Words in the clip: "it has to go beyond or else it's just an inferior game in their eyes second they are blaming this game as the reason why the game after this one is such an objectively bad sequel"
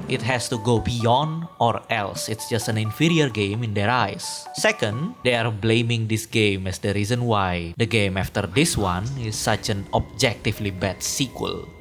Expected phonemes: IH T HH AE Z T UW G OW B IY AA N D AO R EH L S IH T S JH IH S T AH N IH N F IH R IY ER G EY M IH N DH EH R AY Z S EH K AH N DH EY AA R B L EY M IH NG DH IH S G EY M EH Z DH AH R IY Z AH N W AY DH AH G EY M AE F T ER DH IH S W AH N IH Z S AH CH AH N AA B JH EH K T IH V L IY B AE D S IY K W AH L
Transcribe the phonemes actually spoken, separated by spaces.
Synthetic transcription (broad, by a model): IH T HH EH S T UW G OW B IY AA N D AO R EH L S IH T S JH IH S T AH N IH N F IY R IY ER G EY M IH N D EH R AY S EH K AH N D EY AA R B L EY M IH NG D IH S G EY M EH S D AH R IY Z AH N W AY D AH G EY M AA F T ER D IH S W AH N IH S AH CH AH N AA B JH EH K T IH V L IY B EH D S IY K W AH L